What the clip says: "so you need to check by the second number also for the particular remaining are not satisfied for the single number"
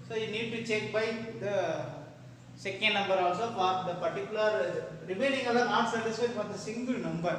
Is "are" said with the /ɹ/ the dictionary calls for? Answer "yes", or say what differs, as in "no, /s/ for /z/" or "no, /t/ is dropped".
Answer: no, /l/ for /ɹ/